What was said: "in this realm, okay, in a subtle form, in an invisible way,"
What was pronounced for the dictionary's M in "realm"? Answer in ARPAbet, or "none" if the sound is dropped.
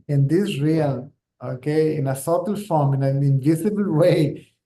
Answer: none